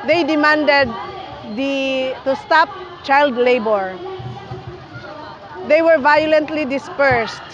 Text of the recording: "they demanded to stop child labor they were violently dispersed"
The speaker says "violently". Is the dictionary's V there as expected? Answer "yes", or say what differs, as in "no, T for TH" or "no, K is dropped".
yes